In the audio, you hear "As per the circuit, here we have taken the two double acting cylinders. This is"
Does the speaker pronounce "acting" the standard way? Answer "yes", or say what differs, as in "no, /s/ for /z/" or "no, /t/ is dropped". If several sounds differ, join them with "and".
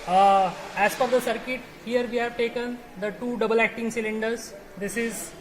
yes